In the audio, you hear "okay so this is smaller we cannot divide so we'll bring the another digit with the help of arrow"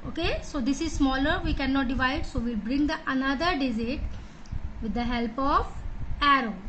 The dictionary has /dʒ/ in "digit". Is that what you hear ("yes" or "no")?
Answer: no